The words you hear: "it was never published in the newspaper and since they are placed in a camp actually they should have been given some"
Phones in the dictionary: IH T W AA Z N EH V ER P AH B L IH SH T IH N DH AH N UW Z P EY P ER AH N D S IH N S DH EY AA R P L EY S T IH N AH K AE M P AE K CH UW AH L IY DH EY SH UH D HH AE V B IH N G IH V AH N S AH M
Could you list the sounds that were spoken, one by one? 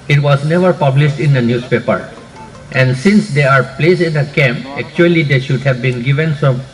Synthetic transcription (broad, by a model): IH T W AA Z N EH V ER P AH B L IH SH T IH N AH N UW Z P EY P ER AH N D S IH N S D EY AA R P L EY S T IH N AH K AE M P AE K CH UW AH L IY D EY SH UH D HH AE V B IH N G IH V AH N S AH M